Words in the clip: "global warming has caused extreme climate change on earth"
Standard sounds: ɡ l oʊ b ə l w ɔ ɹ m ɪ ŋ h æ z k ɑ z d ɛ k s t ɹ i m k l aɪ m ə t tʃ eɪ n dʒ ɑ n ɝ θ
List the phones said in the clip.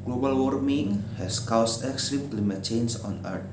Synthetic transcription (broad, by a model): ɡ l oʊ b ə l w ɔ ɹ m ɪ ŋ h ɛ s k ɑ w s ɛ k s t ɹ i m k l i m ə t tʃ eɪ n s ɑ n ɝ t